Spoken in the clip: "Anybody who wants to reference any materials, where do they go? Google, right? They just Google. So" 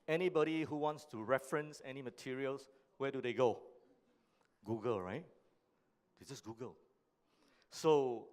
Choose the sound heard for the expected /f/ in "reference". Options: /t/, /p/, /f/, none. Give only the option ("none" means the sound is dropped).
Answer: /f/